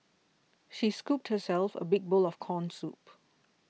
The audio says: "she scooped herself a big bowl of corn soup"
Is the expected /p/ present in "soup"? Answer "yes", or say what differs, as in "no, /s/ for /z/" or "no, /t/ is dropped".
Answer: yes